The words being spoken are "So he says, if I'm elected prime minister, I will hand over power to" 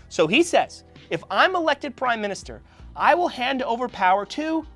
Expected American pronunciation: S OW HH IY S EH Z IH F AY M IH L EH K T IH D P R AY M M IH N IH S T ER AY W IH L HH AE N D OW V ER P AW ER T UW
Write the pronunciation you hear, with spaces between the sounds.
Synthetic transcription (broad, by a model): S OW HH IY S EH Z IH F AY M IH L EH K T IH D P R AY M M IH N IH S T ER AY W IH L HH AE N D OW V ER P AW ER T UW